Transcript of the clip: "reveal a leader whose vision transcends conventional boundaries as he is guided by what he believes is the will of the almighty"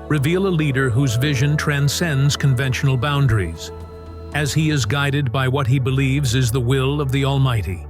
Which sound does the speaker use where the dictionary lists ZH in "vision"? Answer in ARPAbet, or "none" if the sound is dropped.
ZH